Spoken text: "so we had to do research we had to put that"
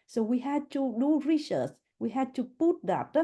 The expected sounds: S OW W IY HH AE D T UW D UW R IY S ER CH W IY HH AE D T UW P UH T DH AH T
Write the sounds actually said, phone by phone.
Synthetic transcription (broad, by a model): S OW W IY HH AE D T UW D UW R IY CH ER S W IY HH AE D T UW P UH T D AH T